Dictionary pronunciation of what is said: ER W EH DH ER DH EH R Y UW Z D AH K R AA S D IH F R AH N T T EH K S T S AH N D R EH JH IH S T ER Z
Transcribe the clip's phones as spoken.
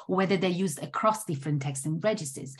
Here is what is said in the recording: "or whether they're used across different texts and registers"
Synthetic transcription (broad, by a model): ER W EH DH ER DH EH Y UW Z D AH K R AA S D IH F R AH N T T EH K S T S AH N R EH JH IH S T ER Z